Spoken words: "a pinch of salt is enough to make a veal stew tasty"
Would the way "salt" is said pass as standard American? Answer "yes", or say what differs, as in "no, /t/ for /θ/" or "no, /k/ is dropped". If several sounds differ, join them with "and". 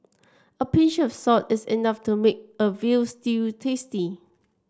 no, /l/ is dropped